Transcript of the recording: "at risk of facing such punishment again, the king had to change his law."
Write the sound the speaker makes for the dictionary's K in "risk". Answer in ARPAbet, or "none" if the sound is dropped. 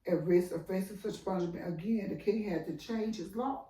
none